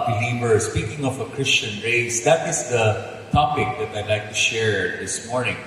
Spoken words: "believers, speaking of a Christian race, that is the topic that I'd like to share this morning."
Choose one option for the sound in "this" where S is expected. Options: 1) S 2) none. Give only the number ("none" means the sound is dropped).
1